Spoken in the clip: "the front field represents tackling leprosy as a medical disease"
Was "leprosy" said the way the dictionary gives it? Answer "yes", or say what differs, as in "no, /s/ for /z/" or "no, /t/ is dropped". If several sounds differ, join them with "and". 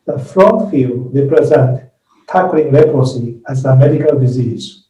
no, /ɹ/ is dropped